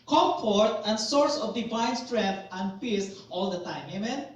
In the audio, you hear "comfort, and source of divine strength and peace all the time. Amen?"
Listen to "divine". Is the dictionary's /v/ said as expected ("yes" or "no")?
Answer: no